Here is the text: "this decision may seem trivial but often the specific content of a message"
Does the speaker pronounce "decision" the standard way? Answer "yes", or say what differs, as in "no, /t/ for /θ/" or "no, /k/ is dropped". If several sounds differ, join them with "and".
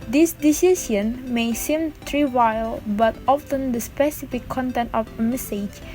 no, /s/ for /ʒ/